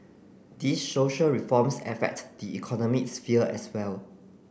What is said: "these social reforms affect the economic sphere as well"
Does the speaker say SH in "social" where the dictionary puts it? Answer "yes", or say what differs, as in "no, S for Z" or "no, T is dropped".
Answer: yes